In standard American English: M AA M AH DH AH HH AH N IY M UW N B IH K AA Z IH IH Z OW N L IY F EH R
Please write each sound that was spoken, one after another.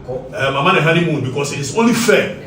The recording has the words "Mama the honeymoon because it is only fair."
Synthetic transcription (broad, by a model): M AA M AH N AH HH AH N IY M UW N B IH K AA S IH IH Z OW N L IY F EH